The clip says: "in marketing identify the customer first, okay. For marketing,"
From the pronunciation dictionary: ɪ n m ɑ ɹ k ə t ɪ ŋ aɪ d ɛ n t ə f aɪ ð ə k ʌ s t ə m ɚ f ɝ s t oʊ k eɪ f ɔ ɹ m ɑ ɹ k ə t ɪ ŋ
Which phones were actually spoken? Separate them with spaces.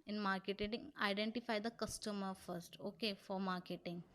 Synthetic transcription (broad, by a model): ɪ n m ɑ ɹ k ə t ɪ ŋ aɪ d ɛ n t ə f aɪ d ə k ʌ s t ə m ɚ f ɝ s t oʊ k eɪ f ɔ ɹ m ɑ ɹ k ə t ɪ ŋ